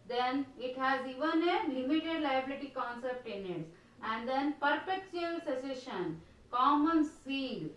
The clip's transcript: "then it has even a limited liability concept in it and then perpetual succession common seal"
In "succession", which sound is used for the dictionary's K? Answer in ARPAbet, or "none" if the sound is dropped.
none